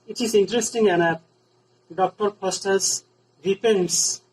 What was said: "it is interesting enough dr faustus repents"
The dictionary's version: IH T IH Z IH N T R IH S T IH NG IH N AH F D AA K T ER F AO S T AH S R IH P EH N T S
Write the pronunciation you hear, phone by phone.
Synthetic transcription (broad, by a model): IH T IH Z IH N T R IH S T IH NG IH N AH P D AA K T ER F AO S T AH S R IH P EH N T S